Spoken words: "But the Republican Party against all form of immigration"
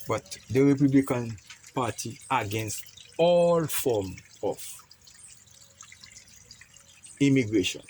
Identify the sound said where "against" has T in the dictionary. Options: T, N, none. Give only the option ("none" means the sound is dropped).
T